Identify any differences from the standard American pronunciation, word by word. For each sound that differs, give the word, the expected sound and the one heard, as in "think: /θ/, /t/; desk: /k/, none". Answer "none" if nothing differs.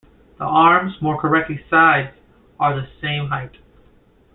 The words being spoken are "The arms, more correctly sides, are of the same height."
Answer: none